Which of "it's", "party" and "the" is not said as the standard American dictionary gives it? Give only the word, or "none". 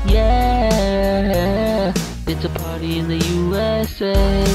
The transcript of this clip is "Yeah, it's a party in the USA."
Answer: none